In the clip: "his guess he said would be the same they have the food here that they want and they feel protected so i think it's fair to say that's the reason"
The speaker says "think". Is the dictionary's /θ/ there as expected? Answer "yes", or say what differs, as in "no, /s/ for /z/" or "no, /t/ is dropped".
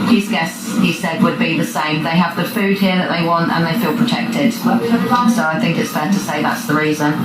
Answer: yes